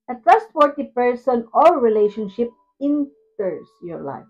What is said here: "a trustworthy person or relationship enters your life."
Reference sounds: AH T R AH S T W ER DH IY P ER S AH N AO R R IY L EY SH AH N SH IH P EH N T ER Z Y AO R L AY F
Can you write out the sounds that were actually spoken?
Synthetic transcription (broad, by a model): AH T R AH S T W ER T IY P ER S AH N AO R R IY L EY SH AH N SH IH P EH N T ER S Y AO R L AY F